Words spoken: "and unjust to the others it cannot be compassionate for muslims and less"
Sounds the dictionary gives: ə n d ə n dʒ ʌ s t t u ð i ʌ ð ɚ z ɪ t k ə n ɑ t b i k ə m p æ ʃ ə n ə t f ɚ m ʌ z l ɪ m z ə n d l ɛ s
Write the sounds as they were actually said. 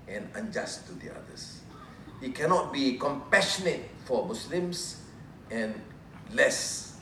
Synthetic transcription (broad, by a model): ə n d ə n dʒ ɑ s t t u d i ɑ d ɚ s ɪ t k ə n ɑ t b i k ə m p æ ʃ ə n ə t f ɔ m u s l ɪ m s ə n l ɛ s